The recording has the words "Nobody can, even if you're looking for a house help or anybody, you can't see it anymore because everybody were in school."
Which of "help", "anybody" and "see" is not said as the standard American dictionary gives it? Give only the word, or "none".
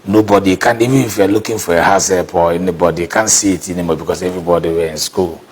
help